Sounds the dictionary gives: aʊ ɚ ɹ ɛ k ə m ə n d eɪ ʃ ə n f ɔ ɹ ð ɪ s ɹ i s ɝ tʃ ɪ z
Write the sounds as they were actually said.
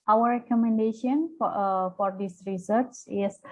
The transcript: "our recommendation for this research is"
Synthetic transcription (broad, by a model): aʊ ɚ ɹ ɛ k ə m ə n d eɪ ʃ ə n f ɔ ɹ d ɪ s ɹ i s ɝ s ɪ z